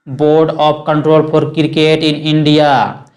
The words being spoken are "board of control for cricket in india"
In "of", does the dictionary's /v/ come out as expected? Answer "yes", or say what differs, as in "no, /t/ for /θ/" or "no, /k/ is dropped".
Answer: no, /p/ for /v/